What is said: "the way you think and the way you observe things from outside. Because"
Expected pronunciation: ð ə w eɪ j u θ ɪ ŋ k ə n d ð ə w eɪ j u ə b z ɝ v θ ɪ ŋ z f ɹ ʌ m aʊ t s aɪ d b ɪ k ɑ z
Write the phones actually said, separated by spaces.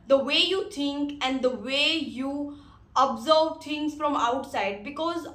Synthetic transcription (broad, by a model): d ə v eɪ j u t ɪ ŋ k ə n d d ə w eɪ j u ə b z ɝ v t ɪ ŋ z f ɹ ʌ m aʊ t s aɪ d b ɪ k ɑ z